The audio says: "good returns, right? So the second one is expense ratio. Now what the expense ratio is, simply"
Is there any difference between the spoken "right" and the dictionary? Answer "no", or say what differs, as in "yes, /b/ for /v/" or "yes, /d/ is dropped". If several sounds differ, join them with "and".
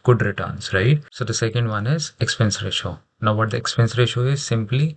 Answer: no